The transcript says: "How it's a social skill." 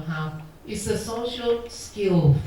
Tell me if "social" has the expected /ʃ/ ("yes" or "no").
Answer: yes